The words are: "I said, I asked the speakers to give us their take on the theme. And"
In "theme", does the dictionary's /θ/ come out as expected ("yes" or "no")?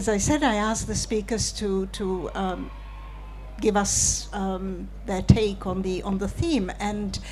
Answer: yes